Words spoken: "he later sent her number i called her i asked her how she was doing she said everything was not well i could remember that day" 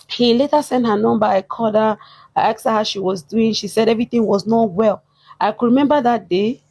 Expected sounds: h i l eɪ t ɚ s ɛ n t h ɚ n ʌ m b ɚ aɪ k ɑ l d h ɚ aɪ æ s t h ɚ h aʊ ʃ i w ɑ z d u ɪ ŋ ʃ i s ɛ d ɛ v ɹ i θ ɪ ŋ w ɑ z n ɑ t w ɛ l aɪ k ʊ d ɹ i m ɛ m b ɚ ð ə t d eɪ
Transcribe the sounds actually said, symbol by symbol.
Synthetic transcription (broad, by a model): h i l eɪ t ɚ s ɛ n t h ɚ n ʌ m b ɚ aɪ k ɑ d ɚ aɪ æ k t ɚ h aʊ ʃ i w ɑ z d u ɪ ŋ ʃ i s ɛ d ɛ v ɹ i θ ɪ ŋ w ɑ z n ɑ t w ɛ l aɪ k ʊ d ɹ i m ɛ m b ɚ ð ə t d eɪ